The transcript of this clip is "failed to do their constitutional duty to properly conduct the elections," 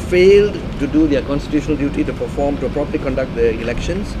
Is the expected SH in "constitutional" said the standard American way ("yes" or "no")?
yes